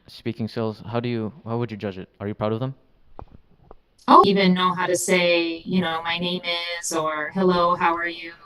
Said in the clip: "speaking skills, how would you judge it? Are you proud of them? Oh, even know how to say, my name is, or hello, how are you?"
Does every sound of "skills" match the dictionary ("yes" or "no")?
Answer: no